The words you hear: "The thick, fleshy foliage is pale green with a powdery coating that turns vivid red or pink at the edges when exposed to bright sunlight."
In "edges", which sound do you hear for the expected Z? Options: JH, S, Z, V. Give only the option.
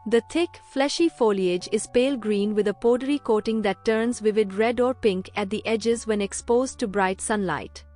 Z